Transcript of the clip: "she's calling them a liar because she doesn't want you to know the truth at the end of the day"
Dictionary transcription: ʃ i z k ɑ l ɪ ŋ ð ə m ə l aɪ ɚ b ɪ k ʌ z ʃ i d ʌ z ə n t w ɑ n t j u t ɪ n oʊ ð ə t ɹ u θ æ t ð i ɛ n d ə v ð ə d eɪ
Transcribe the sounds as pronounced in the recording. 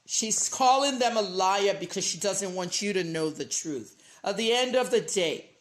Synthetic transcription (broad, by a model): ʃ i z k ɑ l ɪ ŋ ð ə m ə l aɪ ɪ b ɪ k ʌ z ʃ i d ʌ z ə n t w ɑ n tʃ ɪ t ɪ n oʊ ð ə t ɹ u θ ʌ t ð i ɛ n d ə v ð ə d eɪ